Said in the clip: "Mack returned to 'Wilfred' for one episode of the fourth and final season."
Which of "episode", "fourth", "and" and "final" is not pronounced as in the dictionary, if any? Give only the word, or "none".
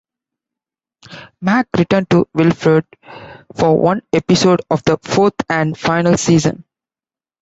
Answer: fourth